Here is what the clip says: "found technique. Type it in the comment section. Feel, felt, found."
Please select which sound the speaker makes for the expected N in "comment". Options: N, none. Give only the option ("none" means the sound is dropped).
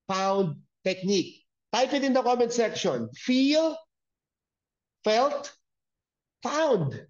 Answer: N